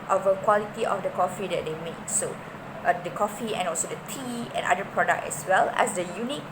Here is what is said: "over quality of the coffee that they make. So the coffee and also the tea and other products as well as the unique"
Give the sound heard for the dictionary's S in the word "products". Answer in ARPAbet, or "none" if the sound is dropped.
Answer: none